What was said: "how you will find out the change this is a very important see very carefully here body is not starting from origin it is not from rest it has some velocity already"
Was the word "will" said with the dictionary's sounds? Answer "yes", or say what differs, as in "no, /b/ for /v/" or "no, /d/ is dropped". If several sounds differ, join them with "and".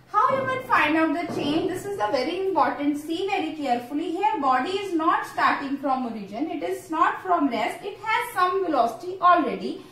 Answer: no, /n/ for /l/